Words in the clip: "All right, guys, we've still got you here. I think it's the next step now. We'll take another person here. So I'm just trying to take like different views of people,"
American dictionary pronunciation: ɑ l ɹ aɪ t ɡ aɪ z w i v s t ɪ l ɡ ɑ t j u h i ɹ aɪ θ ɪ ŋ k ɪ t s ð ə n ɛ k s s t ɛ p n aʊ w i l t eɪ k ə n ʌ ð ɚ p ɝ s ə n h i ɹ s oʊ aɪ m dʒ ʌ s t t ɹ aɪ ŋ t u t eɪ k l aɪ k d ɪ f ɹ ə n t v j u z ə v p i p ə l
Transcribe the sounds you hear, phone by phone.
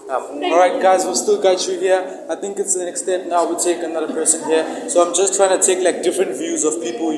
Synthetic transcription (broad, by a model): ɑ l ɹ aɪ t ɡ aɪ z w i s t ɪ l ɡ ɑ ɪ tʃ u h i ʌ aɪ t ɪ ŋ k ɪ t s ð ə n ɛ k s s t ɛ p n aʊ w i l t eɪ k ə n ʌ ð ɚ p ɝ s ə n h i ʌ s oʊ aɪ m dʒ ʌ s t t ɹ aɪ ŋ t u t eɪ k l aɪ k d ɪ f ɹ ə n t v j u z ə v p i p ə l